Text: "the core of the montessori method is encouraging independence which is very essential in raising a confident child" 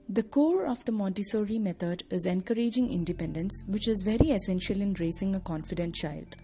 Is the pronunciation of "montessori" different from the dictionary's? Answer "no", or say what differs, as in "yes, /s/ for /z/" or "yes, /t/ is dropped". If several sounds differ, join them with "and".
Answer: yes, /n/ is dropped